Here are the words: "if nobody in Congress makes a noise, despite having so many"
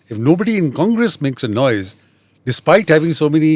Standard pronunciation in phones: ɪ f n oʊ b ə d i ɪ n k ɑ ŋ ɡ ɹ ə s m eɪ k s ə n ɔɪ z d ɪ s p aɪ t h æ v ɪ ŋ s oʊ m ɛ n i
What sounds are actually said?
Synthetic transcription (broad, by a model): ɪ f n oʊ b ə d i ɪ n k ɑ ŋ ɡ ɹ ə s m eɪ k s ə n ɔɪ z d ɪ s p aɪ t h æ v ɪ ŋ s oʊ m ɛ n i